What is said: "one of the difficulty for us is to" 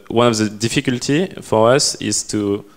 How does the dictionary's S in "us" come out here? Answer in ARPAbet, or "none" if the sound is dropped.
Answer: S